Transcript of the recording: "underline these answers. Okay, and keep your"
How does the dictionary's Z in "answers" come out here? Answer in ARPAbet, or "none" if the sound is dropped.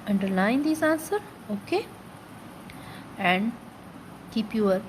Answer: none